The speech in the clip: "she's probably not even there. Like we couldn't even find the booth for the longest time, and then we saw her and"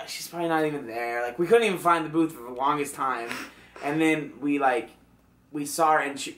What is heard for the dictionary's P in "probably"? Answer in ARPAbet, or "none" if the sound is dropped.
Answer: P